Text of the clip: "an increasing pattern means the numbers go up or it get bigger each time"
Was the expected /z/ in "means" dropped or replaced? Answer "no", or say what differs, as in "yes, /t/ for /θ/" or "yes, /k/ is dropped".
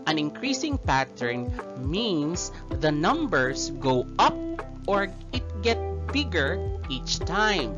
yes, /s/ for /z/